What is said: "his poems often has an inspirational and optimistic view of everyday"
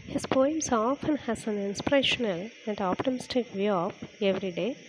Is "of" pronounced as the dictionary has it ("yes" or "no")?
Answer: no